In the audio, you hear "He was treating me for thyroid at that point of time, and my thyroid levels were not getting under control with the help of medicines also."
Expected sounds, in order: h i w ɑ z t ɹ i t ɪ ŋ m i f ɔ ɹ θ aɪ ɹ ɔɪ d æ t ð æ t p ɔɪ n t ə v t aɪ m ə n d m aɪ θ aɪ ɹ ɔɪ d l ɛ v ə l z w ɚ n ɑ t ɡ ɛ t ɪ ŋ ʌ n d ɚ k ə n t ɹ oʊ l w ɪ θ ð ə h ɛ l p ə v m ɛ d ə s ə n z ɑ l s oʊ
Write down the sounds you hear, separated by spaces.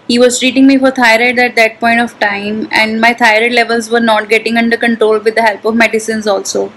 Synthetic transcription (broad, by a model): h i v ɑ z t ɹ i t ɪ ŋ m i f ɔ ɹ t aɪ ɹ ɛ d æ t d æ t p ɔɪ n t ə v t aɪ m ə n d m aɪ t aɪ ɹ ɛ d l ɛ v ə l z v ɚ n ɑ t ɡ ɛ t ɪ ŋ ʌ n d ɚ k ə n t ɹ oʊ l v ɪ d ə h ɛ l p ə v m ɛ d ə s ə n z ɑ l s oʊ